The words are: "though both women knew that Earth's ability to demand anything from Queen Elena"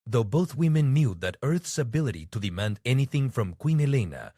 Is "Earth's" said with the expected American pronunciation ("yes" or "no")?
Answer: yes